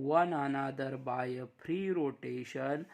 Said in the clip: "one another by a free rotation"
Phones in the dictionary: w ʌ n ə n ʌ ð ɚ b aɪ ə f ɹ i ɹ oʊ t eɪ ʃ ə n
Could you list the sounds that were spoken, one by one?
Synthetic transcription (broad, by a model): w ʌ n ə n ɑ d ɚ b aɪ ə p ɹ i ɹ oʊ t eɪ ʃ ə n